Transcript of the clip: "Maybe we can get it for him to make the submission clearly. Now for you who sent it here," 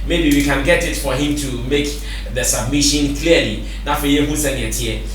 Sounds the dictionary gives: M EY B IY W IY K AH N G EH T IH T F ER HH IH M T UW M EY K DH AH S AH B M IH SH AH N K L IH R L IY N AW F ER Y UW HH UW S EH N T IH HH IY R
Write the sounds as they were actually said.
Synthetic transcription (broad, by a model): M EY B IY W IY K AH N G EH T IH T F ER HH IH M T UW M EY K DH AH S AH B M IH SH AH N K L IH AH L IY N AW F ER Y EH HH UW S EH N IH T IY